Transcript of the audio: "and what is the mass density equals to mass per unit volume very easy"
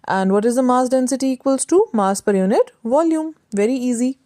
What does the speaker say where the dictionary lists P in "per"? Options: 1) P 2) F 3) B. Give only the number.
1